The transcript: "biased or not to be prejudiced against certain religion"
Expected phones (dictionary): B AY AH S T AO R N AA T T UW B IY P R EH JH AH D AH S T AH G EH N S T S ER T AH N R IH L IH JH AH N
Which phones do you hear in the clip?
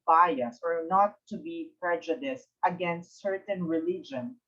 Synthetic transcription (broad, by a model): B AY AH S AO R N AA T T UW B IY P R EH JH AH D AH S T AH G EH N S T S ER T AH N R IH L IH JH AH N